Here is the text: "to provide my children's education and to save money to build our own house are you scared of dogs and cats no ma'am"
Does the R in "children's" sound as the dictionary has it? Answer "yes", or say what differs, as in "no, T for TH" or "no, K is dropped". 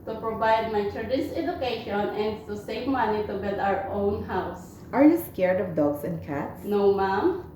no, R is dropped